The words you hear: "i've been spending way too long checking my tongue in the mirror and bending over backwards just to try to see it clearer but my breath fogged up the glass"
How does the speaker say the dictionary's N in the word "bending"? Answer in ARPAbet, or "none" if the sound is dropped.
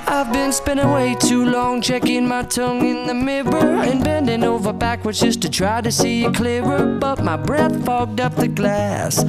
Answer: N